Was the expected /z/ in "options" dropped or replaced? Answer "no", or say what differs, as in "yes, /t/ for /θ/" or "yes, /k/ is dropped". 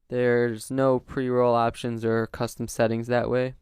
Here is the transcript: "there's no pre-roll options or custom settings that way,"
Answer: no